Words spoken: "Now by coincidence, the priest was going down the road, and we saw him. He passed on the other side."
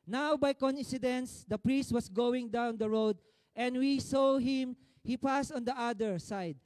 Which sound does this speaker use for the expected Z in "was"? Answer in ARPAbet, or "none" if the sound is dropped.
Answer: S